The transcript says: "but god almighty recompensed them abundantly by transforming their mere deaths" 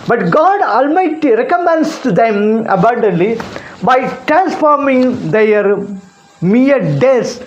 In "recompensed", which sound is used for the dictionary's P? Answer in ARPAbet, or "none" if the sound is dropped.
none